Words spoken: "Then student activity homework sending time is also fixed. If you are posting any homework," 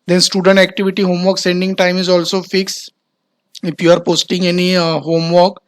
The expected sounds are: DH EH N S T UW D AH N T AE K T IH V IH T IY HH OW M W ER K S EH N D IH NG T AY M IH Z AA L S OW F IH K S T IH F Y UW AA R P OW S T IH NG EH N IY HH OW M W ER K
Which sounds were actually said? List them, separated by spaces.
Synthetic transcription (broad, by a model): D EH N S T UW D AH N T AE K T IH V IH T IY HH OW M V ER K S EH N D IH NG T AY M IH Z AA L S OW F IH K S IH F Y UW AA R P OW S T IH NG EH N IY HH OW M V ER K